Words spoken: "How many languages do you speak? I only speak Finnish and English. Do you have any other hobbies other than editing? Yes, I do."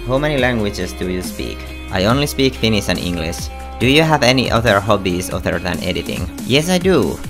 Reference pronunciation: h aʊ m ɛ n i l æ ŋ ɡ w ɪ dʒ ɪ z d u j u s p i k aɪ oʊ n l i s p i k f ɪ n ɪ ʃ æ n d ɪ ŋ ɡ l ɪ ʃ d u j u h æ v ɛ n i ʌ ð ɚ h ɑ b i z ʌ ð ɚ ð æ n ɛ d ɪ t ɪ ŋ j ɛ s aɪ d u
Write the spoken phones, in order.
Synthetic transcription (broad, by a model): h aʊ m ɛ n i l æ ŋ ɡ w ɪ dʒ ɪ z d u j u s p i k aɪ oʊ n l i s p i k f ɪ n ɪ s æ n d ɪ ŋ ɡ l ɪ ʃ d u j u h æ v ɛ n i ʌ ð ɚ h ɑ b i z ʌ ð ɚ ð æ n ɛ d ɪ t ɪ ŋ j ɛ s aɪ d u